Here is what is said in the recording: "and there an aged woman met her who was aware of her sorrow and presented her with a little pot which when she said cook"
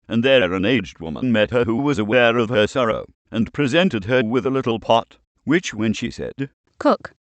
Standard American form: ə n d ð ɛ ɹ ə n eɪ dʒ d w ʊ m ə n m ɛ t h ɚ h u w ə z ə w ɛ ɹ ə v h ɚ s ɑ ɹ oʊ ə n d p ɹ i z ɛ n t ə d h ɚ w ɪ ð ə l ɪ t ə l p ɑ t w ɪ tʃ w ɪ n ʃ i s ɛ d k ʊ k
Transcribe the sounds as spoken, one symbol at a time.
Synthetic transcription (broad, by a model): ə n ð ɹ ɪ ɹ ə n eɪ dʒ d w ʊ m ə n m ɛ t h ɚ h u w ə z ə w ɛ ɹ ə v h ɚ s ɑ ɹ oʊ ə n p ɹ i z ɛ n t ə d ɚ w ɪ ð ə l ɪ t l p ɑ t w ɪ tʃ w ɪ n ʃ i s ɛ d k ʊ k